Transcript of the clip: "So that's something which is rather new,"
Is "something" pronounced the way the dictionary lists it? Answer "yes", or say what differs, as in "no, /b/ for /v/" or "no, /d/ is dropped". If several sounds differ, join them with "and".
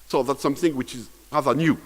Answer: yes